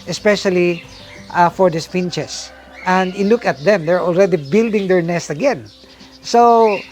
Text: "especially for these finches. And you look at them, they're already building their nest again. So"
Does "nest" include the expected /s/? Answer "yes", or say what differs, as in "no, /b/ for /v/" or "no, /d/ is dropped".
yes